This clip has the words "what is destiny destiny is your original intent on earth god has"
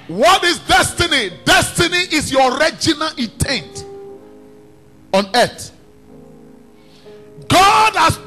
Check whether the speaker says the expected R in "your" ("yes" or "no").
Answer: yes